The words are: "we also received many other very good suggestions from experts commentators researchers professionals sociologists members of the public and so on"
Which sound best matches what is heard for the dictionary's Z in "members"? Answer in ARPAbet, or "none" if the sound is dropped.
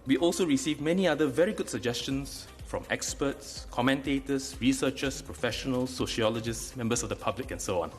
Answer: S